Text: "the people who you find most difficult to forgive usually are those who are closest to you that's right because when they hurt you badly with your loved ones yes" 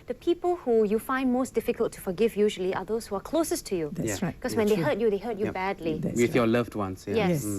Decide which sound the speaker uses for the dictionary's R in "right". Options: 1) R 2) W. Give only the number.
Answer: 2